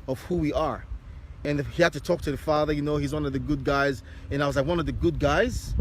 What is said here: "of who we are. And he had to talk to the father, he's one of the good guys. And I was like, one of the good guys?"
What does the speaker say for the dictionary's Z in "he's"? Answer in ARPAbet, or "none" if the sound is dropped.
Z